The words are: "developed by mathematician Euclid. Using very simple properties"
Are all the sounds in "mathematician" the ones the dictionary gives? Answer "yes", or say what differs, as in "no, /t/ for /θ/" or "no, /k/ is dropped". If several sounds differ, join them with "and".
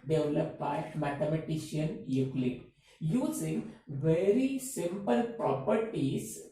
no, /t/ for /θ/